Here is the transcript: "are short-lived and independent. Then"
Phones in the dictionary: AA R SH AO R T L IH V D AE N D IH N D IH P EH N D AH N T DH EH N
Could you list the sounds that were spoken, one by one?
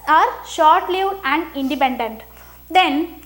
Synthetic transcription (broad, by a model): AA R SH AO R T L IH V AE N D IH N D IH P EH N D AH N T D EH N